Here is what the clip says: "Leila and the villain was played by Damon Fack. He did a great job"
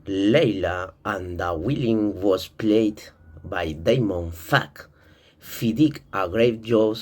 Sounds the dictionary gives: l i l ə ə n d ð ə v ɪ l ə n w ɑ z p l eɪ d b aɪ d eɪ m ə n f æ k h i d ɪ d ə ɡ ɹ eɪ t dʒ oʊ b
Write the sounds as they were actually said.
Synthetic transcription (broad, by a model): l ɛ l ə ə n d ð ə w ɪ l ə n w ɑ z p l eɪ d b aɪ d eɪ m ə n f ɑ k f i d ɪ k ə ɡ ɹ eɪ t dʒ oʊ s